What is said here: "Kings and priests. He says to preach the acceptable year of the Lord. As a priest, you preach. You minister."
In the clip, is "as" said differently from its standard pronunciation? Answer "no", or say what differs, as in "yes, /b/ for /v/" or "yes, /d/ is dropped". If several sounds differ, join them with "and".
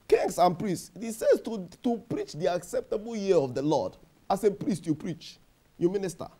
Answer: yes, /s/ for /z/